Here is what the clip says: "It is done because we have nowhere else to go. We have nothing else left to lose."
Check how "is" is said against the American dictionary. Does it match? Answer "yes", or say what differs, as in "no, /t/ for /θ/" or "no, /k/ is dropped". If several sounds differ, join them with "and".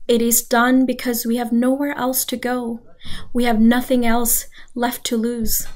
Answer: yes